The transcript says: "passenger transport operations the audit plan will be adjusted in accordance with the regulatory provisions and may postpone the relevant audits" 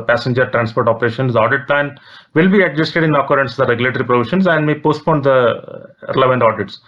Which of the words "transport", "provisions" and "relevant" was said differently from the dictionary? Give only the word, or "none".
provisions